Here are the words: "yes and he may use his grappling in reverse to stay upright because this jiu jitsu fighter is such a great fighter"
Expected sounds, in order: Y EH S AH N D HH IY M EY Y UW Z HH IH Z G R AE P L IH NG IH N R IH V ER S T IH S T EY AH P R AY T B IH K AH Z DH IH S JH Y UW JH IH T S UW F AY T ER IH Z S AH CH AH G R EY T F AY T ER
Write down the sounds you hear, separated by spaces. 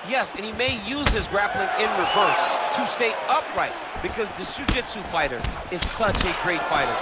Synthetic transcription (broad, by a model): Y EH S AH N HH IY M EY Y UW Z HH IH Z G R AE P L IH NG IH N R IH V ER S T IH S T EY AH P R AY T B IH K AH Z DH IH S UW JH IH T S UW F AY T ER IH Z S AH CH AH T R EY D F AY T ER